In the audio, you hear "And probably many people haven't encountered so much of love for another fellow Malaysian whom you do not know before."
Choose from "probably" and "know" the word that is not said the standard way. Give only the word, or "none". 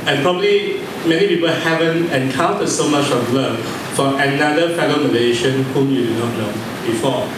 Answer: know